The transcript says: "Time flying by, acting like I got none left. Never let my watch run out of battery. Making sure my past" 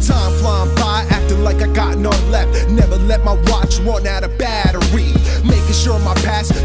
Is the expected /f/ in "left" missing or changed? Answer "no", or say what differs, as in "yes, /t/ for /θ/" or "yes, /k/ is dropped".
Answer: no